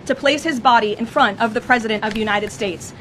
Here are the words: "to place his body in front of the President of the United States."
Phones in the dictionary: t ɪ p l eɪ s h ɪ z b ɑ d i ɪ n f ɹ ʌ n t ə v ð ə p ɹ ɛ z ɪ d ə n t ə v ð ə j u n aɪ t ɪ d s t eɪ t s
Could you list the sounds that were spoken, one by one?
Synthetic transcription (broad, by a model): t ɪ p l eɪ s h ɪ z b ɑ d i ɪ n f ɹ ʌ n t ə v ð ə p ɹ ɛ z ɪ d ə n t ə v j u n aɪ t ɪ d s t eɪ t s